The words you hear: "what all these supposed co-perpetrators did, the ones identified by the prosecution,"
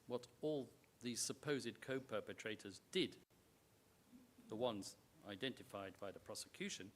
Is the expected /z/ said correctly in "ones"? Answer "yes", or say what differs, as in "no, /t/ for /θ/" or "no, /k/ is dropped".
yes